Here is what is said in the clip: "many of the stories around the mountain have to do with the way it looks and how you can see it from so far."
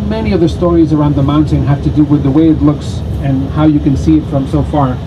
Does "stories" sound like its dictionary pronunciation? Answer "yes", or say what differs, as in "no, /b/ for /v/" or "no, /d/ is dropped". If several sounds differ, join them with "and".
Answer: yes